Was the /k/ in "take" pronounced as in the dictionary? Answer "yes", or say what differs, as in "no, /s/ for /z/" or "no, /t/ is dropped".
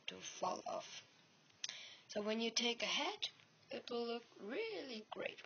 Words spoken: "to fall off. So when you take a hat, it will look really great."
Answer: yes